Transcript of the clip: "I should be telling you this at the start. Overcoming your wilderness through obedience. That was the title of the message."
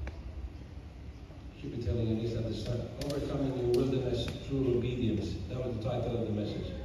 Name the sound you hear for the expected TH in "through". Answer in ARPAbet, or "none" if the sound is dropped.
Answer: T